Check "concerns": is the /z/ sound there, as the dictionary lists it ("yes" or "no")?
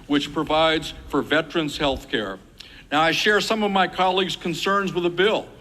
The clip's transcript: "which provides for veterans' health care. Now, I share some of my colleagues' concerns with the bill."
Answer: yes